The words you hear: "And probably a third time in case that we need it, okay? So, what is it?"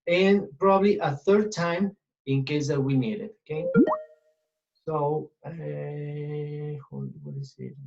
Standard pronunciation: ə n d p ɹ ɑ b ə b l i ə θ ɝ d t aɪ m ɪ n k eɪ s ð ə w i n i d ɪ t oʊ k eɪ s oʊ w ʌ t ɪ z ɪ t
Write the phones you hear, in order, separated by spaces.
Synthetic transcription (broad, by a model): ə n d p ɹ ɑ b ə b l i ə θ ɝ d t aɪ m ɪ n k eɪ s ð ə w i n i d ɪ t oʊ k eɪ s oʊ w ʌ t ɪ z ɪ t